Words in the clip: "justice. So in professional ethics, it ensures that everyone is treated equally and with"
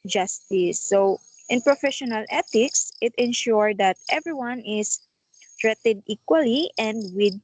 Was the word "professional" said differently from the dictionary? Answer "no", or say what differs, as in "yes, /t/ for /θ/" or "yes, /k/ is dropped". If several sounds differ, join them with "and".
no